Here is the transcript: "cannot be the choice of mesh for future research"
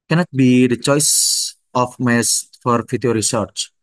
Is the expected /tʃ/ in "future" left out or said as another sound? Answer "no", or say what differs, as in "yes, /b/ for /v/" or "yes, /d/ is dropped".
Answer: yes, /tʃ/ is dropped